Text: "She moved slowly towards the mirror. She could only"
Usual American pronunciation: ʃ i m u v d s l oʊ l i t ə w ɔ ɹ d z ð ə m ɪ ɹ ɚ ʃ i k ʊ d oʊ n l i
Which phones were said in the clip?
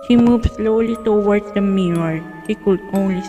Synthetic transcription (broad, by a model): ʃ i m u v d s l oʊ l i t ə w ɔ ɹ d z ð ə m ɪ ɚ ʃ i k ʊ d oʊ n l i